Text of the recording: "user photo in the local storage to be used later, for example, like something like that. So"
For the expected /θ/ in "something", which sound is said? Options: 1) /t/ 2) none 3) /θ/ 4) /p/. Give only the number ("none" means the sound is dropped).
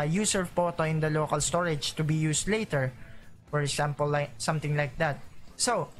1